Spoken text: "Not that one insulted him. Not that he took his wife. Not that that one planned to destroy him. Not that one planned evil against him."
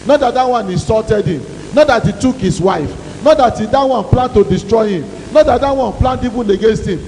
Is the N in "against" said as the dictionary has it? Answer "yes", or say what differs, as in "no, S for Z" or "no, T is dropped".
yes